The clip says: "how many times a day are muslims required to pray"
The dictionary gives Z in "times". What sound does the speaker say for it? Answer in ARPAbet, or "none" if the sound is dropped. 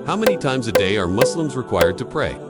Z